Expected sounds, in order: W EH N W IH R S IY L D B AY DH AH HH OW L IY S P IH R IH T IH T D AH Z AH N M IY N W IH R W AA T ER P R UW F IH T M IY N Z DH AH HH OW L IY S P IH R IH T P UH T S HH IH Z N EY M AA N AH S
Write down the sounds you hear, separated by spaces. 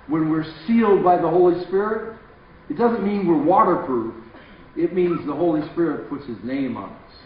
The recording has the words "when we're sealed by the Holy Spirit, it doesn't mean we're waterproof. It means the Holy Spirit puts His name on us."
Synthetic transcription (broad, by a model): W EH N W IH R S IY L D B AY DH AH HH OW L IY S P IH R IH T IH T D AH Z AH N M IY N W IH R W AA T ER P R UW F IH T M IY N Z DH AH HH OW L IY S P IH R IH T P UH T S HH IH Z N EY M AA N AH S